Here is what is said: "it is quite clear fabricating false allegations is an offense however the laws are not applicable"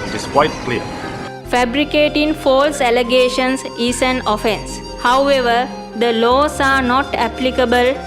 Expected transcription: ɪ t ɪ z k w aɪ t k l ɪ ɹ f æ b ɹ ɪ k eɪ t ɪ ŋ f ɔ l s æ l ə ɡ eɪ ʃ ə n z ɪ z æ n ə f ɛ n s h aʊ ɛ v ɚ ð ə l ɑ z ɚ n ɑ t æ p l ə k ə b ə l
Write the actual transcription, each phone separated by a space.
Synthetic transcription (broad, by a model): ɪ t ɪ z k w aɪ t k l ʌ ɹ f æ b ɹ ɪ k eɪ t ɪ ŋ f ɔ l s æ l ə ɡ eɪ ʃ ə n s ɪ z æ n ə f ɛ n s h aʊ ɛ v ɚ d ə l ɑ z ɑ n ɑ t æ p l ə k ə b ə l